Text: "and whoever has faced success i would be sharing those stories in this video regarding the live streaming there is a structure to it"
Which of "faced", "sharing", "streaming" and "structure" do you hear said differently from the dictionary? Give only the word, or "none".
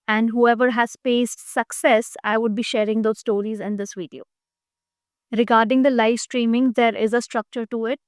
faced